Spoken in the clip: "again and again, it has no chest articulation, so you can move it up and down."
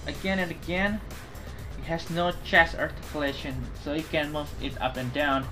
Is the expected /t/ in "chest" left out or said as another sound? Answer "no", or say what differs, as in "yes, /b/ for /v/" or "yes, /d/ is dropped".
yes, /t/ is dropped